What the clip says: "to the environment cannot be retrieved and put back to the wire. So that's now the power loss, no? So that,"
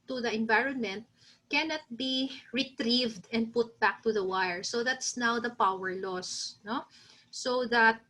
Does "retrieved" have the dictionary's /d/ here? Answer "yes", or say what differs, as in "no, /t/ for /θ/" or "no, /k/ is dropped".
yes